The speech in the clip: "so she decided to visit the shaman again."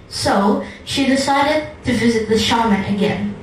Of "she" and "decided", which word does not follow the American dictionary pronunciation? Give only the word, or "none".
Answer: none